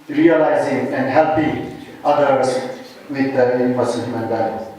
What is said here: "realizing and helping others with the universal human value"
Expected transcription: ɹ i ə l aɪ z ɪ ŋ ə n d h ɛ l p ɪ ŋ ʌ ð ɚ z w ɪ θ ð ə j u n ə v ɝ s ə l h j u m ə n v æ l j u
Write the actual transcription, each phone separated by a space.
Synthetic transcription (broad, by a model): ɹ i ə l aɪ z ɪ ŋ ə n d h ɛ l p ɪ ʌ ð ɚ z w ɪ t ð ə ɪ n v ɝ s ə n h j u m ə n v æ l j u